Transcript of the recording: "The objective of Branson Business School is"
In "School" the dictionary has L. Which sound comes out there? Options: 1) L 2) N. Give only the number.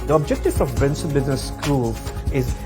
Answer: 1